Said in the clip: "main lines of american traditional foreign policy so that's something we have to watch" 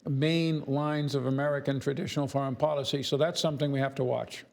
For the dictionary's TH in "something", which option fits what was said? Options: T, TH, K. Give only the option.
TH